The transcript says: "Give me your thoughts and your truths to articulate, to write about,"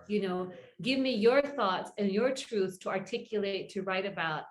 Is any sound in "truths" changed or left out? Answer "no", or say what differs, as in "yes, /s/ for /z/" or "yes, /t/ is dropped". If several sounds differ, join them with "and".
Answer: yes, /s/ is dropped